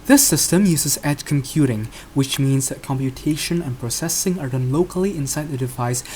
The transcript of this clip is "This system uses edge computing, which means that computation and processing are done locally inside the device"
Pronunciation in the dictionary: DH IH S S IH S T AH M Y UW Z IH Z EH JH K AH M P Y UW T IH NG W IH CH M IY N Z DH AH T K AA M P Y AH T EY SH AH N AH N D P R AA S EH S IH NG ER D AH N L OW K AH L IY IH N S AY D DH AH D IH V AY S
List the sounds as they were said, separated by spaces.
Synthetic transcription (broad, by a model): DH IH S S IH S T AH M Y UW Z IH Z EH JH K AH M P Y UW T IH NG W IH CH M IY N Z DH AH T K AA M P Y AH T EY SH AH N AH N P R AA S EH S IH NG ER D AH N L OW K AH L IY IH N S AY D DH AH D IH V AY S